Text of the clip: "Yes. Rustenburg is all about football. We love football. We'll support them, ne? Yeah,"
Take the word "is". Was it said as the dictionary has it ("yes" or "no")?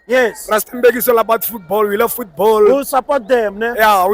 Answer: no